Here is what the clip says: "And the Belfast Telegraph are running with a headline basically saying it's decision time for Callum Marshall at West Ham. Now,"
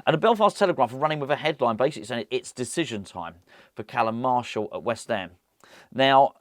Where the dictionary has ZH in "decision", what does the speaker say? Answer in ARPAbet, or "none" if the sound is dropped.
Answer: ZH